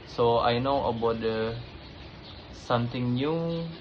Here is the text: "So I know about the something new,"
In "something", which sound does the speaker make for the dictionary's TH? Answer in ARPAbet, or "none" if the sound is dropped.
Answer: T